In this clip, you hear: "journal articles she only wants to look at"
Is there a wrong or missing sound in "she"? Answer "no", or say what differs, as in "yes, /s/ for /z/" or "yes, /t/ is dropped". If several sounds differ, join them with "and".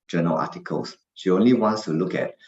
no